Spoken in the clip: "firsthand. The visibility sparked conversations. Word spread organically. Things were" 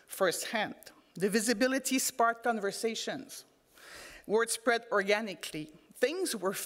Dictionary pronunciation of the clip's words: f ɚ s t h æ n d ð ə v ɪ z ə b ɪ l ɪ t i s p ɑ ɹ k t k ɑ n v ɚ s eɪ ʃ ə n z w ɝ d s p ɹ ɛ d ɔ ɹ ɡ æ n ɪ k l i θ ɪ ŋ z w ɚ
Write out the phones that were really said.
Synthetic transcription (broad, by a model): f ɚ s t h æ n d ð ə v ɪ z ə b ɪ l ɪ t i s p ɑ ɹ t k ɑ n v ɚ s eɪ ʃ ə n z w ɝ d s p ɹ ɛ d ɔ ɹ ɡ æ n ɪ k l i θ ɪ ŋ z w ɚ